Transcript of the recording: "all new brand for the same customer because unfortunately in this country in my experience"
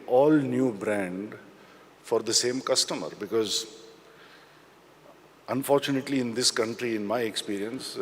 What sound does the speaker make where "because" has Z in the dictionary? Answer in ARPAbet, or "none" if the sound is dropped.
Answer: Z